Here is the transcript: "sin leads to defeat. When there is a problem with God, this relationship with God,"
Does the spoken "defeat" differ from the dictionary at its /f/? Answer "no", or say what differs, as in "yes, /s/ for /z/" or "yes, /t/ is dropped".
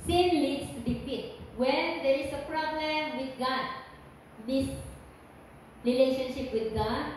yes, /p/ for /f/